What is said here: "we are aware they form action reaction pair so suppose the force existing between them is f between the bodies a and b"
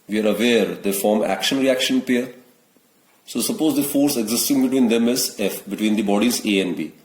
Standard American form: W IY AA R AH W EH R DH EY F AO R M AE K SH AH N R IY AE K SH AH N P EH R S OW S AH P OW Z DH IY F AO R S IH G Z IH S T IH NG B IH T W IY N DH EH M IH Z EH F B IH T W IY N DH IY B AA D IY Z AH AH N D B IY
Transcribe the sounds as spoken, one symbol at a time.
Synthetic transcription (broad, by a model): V IY AA R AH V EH R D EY F AO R M AE K SH AH N R IY AE K SH AH N P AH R S OW S AH P OW Z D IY F AO R S IH G Z IH S T IH NG B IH T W IY N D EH M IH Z EH F B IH T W IY N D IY B AA D IY Z AH AH N D B IY